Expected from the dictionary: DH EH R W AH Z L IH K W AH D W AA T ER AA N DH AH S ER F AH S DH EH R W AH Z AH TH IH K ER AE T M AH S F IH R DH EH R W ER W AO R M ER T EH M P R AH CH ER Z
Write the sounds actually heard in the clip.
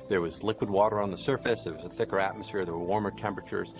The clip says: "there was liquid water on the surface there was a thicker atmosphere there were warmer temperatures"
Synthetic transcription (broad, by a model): DH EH R W AH Z L IH K W AH D W AA T ER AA N DH AH S ER F AH S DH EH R W AH Z AH TH IH K ER AE T M AH S F IH R DH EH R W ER W AO R M ER T EH M P R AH CH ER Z